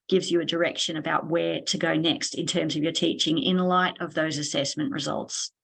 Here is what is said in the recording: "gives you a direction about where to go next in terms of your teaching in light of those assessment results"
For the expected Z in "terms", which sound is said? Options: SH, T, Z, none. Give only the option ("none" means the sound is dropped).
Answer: Z